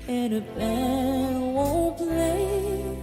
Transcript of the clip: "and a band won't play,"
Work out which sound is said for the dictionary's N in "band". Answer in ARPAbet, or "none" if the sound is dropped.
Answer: none